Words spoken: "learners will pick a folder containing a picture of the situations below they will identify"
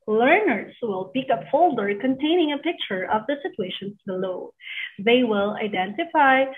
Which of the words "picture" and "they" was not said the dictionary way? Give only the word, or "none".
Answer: none